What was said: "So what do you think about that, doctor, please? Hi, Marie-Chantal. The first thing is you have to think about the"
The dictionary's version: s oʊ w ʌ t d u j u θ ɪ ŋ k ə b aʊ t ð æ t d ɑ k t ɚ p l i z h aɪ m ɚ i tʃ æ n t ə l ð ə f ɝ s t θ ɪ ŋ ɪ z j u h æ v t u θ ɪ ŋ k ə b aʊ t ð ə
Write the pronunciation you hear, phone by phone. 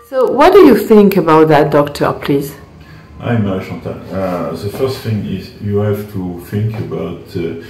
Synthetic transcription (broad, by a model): s oʊ w ʌ t d u j u θ ɪ ŋ k ə b aʊ t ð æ t d ɑ k t ɚ p l i z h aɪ m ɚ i ʃ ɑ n t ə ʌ ð ə f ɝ s t θ ɪ ŋ ɪ z j u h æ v t u θ ɪ ŋ k ə b aʊ t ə